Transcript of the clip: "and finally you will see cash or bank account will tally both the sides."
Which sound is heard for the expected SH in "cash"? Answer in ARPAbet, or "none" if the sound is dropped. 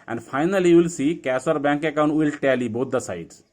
S